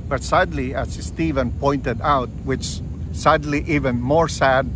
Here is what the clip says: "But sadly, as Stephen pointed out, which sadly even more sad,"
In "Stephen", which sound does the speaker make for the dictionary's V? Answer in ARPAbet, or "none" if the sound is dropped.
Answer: V